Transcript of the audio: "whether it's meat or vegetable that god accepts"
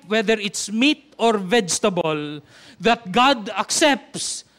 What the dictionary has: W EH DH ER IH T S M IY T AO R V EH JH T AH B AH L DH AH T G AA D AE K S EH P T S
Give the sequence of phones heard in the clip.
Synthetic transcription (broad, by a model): W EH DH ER IH T S M IY T AO R V EH JH T AH B AH L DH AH T G AA D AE K S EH P T S